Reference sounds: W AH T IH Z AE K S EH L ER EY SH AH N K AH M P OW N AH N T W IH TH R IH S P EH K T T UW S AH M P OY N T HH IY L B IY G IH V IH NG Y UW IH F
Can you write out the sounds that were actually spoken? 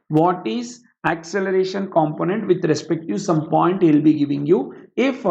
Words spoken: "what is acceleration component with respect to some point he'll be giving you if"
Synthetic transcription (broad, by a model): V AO T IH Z AE K S EH L ER EY SH AH N K AH M P OW N AH N T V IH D R IH S P EH K T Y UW S AH M P OY N T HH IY L B IY G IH V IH NG Y UW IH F